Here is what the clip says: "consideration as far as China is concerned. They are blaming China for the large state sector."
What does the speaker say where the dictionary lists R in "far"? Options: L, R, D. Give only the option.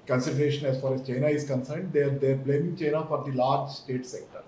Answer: R